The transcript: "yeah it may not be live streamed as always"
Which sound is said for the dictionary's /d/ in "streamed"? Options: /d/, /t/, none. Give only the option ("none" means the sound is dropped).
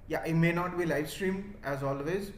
none